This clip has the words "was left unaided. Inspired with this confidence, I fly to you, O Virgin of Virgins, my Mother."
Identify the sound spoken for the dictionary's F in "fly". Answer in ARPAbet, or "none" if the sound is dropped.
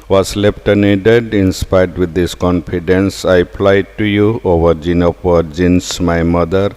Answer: P